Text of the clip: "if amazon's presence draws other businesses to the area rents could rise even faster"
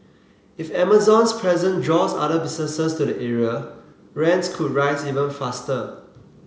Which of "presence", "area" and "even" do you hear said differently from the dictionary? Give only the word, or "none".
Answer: presence